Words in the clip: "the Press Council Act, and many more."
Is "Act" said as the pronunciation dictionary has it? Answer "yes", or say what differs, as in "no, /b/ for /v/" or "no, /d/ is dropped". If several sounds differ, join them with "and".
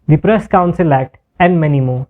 no, /k/ is dropped